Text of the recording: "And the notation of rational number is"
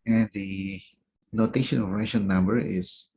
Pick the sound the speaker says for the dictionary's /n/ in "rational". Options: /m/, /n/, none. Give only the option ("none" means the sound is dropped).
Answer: none